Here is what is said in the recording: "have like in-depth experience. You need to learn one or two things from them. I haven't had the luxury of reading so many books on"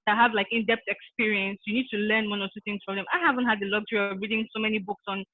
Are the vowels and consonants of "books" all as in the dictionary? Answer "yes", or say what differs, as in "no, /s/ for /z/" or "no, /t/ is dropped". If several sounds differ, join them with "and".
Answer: yes